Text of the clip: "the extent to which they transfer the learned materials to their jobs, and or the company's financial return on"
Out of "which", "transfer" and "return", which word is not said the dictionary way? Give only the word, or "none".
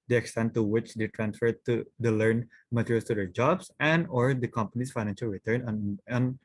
none